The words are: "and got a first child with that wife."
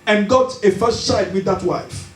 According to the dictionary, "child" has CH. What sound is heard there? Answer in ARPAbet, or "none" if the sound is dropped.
S